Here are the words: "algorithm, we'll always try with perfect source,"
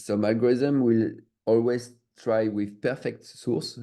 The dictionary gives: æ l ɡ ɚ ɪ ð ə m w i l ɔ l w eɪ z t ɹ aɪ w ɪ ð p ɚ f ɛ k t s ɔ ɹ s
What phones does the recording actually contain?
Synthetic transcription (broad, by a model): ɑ l ɡ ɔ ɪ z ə m w i l ɔ l w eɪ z t ɹ aɪ w ɪ ð p ɚ f ɛ k t s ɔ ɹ s